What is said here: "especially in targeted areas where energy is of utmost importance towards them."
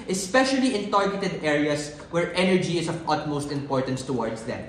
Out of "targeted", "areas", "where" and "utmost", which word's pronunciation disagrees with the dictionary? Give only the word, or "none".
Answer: areas